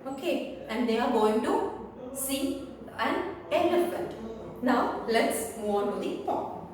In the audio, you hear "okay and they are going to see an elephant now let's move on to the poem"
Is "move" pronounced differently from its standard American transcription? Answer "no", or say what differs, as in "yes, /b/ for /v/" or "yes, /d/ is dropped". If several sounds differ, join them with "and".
yes, /v/ is dropped